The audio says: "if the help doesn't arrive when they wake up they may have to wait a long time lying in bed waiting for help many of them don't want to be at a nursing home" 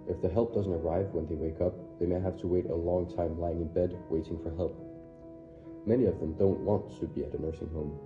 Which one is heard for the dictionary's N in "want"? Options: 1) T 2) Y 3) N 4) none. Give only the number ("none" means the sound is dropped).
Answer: 3